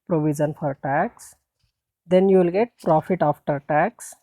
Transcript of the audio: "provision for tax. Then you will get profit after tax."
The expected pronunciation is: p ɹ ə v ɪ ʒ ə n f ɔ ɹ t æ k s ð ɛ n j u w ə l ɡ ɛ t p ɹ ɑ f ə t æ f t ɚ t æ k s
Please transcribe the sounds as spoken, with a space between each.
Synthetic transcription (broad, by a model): p ɹ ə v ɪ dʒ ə n f ɔ ɹ t æ k s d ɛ n j u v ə l ɡ ɛ t p ɹ ɑ f ə t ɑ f t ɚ t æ k s